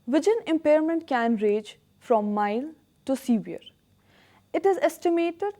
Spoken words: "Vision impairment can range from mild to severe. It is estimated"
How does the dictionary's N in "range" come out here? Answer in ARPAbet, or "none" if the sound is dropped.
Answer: none